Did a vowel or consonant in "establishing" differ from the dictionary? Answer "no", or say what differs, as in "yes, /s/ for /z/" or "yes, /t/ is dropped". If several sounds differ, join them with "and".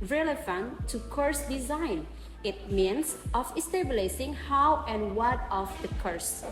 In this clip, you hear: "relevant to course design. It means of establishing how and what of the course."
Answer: yes, /s/ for /ʃ/